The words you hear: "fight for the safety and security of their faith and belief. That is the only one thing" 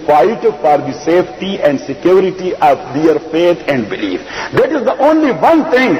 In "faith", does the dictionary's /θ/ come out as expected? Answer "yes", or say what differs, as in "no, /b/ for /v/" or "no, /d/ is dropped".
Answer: no, /t/ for /θ/